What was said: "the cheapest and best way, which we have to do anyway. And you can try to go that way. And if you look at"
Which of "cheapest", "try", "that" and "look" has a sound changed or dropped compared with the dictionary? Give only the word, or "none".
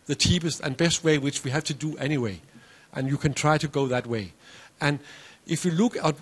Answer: none